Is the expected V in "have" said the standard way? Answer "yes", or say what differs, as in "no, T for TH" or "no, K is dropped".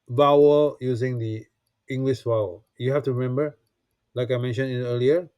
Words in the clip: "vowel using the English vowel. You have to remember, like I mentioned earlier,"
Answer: no, F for V